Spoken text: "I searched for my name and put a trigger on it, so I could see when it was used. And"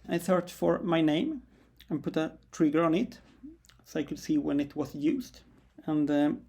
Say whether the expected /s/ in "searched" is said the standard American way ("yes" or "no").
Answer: no